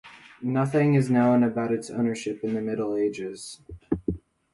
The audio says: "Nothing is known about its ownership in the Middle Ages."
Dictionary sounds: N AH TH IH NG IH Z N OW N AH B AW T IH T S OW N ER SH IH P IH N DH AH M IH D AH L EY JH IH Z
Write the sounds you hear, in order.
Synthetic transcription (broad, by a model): N AH TH IH NG IH Z N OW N AH B AW T IH T S OW N ER SH IH P IH N DH AH M IH D L EY JH IH Z